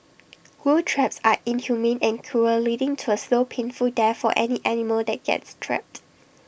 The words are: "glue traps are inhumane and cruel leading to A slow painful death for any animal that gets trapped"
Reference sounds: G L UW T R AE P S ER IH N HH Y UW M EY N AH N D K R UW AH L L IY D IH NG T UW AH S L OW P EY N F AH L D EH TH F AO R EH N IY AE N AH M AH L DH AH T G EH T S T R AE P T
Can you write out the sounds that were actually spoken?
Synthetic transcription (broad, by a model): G UW T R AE P S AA IH N HH Y UW M EY N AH N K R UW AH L L IY D IH NG T UW AH S L OW P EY N F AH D D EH F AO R EH N IY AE N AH M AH L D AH T G EH T S T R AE P T